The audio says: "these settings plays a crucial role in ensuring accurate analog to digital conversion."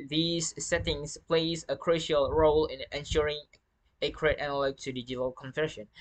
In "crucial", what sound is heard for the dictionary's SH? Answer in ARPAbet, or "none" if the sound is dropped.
SH